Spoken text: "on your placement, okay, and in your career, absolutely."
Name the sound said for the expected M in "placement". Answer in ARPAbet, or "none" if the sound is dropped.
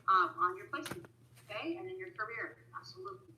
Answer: none